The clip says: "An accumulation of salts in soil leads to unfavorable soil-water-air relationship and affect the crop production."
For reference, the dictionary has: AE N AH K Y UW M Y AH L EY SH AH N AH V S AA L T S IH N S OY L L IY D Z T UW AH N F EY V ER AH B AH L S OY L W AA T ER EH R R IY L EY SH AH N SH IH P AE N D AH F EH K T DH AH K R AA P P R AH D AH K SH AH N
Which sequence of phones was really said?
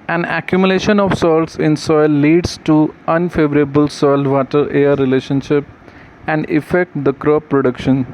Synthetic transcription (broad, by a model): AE N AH K Y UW M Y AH L EY SH AH N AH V S AA L T S IH N S OY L L IY D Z T UW AH N F EY V ER AH B AH L S OY L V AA T ER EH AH R IY L EY SH AH N SH IH P AE N D AH F EH K T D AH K R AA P P R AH D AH K SH AH N